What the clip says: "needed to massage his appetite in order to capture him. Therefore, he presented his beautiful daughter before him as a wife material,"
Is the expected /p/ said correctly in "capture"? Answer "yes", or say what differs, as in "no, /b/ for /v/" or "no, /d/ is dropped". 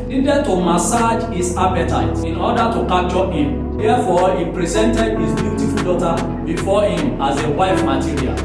no, /p/ is dropped